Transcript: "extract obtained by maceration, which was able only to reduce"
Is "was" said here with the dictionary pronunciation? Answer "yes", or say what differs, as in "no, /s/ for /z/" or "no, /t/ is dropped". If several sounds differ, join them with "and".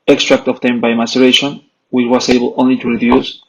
no, /s/ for /z/